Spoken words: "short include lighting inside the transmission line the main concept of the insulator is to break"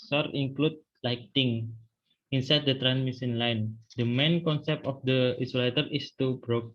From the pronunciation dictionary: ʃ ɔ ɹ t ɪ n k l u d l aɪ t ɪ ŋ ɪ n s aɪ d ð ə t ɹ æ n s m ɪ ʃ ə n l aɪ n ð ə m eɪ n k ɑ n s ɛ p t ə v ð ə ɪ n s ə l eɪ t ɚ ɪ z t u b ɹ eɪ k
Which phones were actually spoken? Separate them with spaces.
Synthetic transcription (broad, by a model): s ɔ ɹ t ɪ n k l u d l aɪ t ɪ ŋ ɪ n s aɪ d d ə t ɹ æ n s m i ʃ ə n l aɪ n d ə m eɪ n k ɑ n s ɛ p t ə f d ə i s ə l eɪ t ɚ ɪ s t u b ɹ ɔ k